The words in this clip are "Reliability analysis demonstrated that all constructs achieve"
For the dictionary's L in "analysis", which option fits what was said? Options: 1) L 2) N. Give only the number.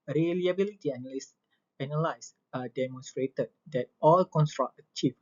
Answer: 2